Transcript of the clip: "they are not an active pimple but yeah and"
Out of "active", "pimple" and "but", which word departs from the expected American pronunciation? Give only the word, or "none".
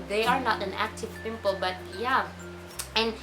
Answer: none